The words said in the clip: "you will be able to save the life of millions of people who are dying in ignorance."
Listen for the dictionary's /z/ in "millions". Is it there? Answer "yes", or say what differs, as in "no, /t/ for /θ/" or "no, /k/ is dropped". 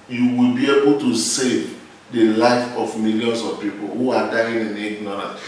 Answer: no, /s/ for /z/